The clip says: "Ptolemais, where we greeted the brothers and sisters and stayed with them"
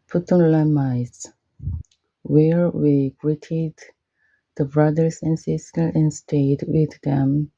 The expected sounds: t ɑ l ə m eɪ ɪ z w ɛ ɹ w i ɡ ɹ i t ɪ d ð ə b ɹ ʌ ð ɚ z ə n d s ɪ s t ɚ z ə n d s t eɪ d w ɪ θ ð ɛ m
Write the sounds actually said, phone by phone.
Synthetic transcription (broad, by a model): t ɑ l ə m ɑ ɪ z w ɛ ɹ w i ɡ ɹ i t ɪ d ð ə b ɹ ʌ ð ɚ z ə n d s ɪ s t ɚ ə n s t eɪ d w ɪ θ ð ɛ m